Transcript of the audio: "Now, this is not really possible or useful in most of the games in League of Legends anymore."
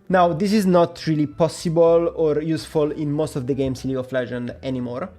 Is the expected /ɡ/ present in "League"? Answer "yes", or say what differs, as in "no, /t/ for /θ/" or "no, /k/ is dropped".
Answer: no, /ɡ/ is dropped